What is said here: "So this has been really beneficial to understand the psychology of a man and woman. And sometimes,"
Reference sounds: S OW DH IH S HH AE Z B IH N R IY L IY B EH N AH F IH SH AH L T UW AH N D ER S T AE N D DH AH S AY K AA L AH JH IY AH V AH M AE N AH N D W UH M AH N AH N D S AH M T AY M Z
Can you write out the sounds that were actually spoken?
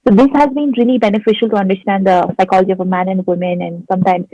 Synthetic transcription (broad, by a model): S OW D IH S HH AE Z B IH N R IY L IY B EH N AH F IH SH AH L T UW AH N D ER S T AE N D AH S AY K AA L AH JH IY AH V AH M AE N AH N D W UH M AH N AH N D S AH M T AY M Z